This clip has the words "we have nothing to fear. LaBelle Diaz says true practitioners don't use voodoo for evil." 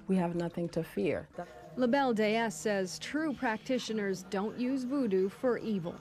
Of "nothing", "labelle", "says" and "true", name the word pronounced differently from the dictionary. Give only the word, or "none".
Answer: none